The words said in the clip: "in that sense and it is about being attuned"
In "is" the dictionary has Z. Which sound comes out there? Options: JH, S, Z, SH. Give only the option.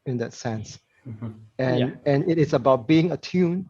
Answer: S